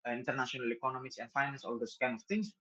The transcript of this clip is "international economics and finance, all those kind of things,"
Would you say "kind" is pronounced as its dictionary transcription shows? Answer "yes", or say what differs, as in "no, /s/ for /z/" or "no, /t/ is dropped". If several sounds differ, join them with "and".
no, /d/ is dropped